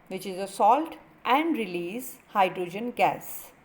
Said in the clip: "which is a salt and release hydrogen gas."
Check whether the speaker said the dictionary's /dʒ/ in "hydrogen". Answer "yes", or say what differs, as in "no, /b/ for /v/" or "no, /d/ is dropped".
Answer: yes